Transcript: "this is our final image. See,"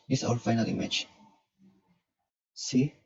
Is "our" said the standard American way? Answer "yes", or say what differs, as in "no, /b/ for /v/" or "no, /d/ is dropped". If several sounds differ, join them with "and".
no, /l/ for /ɹ/